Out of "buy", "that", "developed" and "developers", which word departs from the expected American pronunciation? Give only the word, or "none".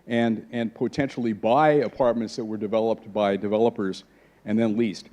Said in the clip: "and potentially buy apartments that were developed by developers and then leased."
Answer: none